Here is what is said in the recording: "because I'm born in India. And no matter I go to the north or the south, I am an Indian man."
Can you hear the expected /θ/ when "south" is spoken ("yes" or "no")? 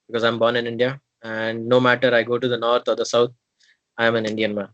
no